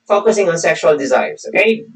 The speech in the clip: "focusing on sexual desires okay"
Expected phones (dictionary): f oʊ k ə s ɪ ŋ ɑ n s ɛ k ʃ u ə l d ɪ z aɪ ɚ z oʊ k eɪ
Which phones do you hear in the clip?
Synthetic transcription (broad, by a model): f oʊ k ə s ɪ ŋ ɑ n s ɛ k ʃ u ə l d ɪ z aɪ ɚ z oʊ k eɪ